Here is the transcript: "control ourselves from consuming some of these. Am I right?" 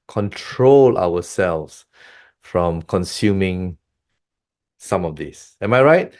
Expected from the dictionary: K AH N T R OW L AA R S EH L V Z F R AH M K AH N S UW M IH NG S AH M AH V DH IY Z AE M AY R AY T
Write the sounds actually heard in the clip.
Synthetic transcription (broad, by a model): K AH N T R OW L AA W S EH L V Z F R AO M K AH N S UW M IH NG S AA M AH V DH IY S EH M AY R AY T